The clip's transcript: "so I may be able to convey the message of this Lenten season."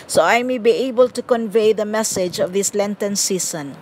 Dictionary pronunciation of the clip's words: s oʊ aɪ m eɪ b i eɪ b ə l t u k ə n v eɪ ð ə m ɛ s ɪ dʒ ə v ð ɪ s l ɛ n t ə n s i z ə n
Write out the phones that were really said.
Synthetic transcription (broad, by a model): s oʊ aɪ m eɪ b i eɪ b ə l t u k ə n v eɪ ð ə m ɛ s ɪ dʒ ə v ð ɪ s l ɛ n t ə n s i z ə n